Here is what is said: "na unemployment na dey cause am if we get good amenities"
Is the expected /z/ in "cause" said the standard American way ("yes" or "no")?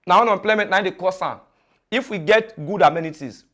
no